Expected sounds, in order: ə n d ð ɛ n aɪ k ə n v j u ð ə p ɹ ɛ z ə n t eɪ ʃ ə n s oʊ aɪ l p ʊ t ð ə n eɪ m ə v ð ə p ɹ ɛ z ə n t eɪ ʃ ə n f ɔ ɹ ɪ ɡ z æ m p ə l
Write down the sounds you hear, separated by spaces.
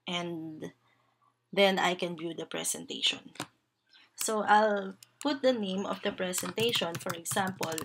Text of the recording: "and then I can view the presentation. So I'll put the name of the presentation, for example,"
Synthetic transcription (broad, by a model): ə n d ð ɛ n aɪ k ə n v j u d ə p ɹ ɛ s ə n t eɪ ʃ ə n s oʊ aɪ l p ʊ t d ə n eɪ m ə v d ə p ɹ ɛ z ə n t eɪ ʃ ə n f ɔ ɹ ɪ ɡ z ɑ m p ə l